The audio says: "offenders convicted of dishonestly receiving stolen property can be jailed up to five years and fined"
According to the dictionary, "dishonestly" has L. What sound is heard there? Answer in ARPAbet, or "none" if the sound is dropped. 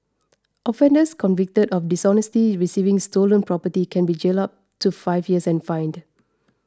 none